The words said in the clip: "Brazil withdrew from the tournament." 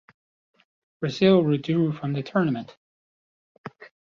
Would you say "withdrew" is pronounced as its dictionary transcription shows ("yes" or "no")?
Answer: no